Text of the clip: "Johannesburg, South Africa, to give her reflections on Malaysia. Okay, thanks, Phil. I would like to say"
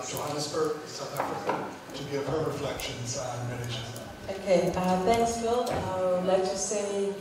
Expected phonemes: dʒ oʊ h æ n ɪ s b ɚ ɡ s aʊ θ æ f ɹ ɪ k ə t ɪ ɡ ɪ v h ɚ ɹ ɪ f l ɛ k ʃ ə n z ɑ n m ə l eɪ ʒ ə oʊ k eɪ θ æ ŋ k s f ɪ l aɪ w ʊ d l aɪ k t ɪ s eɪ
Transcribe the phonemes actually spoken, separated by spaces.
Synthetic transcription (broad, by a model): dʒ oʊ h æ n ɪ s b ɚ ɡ s aʊ θ æ f ɹ ɪ k ə t ɪ ɡ ɪ v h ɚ ɹ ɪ f l ɛ k ʃ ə n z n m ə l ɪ z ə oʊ k eɪ θ æ ŋ k s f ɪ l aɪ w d l aɪ k t ɪ s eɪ